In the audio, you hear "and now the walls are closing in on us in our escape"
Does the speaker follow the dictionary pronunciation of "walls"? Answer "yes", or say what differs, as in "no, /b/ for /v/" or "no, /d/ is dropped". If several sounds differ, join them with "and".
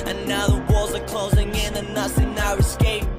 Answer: yes